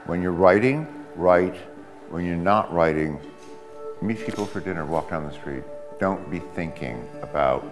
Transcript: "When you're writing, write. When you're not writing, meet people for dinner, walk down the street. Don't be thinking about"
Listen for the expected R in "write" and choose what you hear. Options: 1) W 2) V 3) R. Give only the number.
3